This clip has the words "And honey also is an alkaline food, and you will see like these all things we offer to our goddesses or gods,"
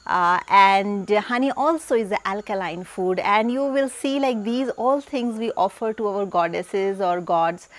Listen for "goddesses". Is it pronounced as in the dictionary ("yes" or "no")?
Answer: yes